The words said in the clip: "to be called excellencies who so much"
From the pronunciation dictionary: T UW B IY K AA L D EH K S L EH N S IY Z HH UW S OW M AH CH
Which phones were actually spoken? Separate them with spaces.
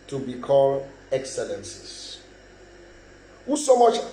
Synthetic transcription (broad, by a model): T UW B IY K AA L EH K S L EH N S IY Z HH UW S OW M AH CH